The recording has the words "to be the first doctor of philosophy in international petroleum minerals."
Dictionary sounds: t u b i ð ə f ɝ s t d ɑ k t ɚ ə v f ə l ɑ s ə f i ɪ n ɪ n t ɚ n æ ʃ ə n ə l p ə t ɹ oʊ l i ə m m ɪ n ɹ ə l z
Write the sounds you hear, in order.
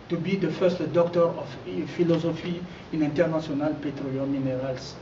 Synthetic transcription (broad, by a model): t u b i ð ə f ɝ s t d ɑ k t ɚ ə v f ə l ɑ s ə f i ɪ n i n t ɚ n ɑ s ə n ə l p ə t ɹ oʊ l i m m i n ɹ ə l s